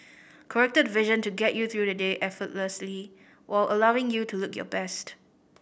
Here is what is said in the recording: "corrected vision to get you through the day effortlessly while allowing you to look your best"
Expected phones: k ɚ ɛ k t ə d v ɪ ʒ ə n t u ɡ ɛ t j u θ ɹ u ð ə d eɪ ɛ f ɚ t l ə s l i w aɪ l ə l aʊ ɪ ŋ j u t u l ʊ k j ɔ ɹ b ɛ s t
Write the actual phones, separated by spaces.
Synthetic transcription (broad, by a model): k ɚ ɛ k t ə d v ɪ ʒ ə n t u ɡ ɛ t j u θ ɹ u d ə d eɪ ɛ f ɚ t l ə s l i w aɪ l ə l aʊ ɪ ŋ j u t u l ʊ k j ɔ b ɛ s t